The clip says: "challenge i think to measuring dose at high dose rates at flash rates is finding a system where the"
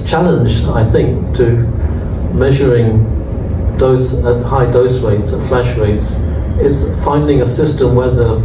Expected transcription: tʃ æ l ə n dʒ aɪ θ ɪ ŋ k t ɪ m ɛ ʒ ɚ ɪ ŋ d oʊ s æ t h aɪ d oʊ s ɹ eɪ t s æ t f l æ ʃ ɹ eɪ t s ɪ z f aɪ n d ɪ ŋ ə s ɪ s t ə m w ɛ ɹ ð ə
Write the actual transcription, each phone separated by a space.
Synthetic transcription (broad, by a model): tʃ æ l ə n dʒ aɪ θ ɪ ŋ k t ɪ m ɛ ʒ ɚ ɪ ŋ d oʊ s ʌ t h aɪ d oʊ s ɹ eɪ t s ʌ f l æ ʃ ɹ eɪ t s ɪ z f aɪ n d ɪ ŋ ə s ɪ s t ə m w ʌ ɹ ð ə